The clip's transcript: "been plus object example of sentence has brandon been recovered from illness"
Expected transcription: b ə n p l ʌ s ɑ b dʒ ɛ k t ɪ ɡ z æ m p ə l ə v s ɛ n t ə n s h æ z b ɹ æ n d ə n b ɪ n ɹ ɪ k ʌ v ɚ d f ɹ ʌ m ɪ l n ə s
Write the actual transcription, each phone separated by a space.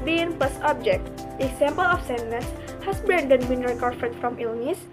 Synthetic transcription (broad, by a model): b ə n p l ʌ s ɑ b dʒ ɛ k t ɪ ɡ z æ m p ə l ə f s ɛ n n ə s h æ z b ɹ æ n d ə n b ɪ n ɹ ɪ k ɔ f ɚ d f ɹ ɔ m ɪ l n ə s